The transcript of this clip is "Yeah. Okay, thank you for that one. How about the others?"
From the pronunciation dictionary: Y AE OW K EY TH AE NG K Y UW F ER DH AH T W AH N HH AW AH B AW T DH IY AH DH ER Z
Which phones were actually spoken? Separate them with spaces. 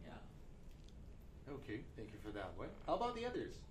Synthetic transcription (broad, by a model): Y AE OW K EY TH AE NG K Y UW F ER DH AH T W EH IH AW AH B AW T DH IY AH DH ER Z